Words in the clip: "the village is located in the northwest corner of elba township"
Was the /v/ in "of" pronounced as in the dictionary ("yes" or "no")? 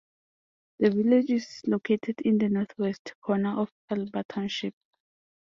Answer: no